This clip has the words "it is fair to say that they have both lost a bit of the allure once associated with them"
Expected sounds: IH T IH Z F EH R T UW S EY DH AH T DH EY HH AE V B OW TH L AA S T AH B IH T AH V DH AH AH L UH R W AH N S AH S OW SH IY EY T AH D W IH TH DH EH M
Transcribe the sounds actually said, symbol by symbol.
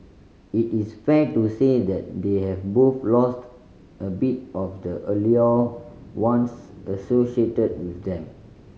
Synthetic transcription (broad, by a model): IH T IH S F EH T UW S EY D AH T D EY HH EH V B OW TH L AA S T AH B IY T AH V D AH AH L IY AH W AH N S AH S OW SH IY EY T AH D W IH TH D EH M